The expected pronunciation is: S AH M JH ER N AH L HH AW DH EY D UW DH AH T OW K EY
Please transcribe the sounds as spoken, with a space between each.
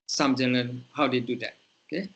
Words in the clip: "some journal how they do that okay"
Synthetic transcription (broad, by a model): S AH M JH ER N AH N HH AW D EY D UW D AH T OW K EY